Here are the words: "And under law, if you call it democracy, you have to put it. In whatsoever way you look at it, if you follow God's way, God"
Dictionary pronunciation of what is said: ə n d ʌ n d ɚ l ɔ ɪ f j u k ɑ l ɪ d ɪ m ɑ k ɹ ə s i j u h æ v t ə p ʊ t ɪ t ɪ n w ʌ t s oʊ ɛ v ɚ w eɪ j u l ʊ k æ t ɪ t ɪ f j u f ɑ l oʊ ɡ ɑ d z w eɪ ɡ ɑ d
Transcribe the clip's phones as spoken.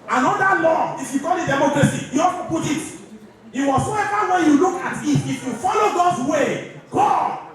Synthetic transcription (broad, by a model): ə n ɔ d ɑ l ɔ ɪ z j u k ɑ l ɪ d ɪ m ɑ k ɹ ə s i j u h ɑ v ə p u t ɪ t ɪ w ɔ s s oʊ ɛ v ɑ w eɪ j u l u k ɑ t ɪ t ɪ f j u f ɑ l oʊ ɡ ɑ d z w eɪ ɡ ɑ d